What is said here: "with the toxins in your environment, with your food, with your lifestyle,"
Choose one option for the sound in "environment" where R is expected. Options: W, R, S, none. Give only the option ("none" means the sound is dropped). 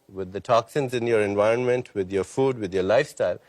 R